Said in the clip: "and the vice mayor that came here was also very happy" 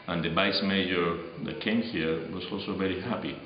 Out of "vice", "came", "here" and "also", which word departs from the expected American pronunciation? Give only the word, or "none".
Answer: vice